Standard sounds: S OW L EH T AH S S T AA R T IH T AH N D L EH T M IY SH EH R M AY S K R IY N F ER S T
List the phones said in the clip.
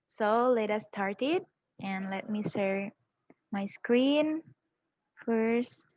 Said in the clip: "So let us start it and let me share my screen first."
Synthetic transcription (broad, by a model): S OW L EH T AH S S T AA R T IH T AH N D L EH T M IY S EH R M AY S K R IY N F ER S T